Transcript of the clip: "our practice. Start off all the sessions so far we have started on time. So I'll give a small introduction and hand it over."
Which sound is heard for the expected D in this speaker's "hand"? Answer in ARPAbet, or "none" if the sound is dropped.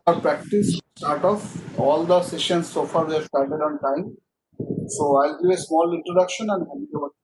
none